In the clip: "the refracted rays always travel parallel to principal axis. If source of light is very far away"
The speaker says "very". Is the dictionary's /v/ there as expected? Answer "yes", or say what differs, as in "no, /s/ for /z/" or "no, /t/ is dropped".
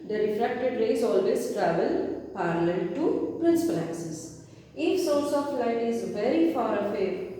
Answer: yes